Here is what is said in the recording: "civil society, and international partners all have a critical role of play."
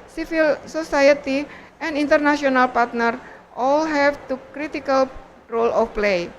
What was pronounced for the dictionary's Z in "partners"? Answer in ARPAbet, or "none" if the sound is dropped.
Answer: none